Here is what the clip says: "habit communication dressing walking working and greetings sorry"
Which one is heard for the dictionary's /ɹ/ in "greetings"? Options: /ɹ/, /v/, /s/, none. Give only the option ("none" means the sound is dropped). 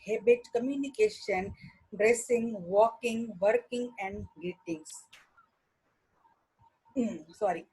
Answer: none